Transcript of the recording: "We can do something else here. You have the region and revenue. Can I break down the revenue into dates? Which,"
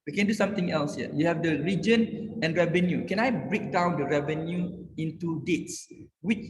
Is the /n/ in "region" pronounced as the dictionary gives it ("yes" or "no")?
yes